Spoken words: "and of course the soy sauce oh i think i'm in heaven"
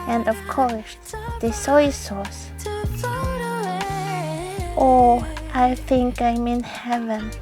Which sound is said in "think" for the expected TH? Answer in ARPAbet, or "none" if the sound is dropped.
TH